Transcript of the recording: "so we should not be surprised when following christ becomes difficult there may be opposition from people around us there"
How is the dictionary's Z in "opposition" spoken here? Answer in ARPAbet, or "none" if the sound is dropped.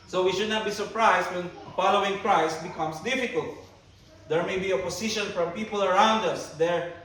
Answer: S